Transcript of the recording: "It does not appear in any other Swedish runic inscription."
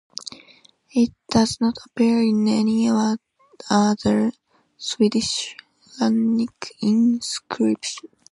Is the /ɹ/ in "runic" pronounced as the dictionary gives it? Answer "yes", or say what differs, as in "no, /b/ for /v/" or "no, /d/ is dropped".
no, /l/ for /ɹ/